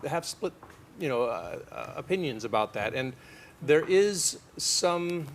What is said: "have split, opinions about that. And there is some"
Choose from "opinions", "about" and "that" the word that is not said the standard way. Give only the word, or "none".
none